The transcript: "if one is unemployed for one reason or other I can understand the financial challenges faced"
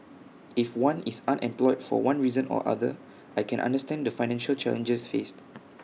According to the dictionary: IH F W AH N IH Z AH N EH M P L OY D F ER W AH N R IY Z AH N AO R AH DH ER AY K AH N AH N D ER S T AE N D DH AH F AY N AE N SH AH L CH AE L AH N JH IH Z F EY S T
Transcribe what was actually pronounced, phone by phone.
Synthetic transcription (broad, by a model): IH F W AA N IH S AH N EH M P L OY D F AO W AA N R IY Z AH N AO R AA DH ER AY K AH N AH N D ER S T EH N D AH F AY N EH N SH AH L CH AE L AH N JH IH S F EY S T